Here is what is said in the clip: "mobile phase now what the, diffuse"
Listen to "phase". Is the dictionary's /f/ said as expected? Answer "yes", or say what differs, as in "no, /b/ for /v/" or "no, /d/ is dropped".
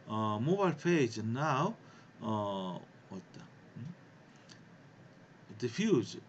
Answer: no, /p/ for /f/